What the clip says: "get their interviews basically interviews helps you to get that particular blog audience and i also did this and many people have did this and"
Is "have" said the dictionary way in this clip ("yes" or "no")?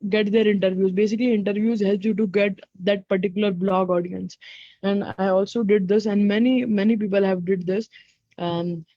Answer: yes